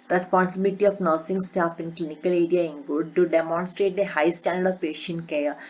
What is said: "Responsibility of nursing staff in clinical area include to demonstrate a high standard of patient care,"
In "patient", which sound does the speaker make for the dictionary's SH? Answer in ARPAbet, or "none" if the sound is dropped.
SH